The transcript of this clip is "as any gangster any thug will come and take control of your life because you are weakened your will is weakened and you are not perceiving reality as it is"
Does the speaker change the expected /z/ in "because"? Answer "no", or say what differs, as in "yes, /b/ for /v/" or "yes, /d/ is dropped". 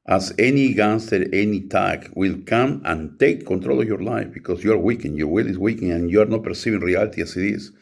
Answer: yes, /s/ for /z/